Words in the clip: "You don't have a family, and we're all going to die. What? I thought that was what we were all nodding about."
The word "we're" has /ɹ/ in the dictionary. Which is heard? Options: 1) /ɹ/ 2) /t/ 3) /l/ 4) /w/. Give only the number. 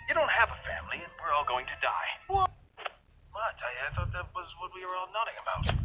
1